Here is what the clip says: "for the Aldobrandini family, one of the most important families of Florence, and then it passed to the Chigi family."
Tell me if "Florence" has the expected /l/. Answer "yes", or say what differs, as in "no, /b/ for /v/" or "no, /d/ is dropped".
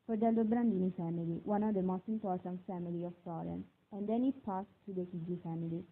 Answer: no, /l/ is dropped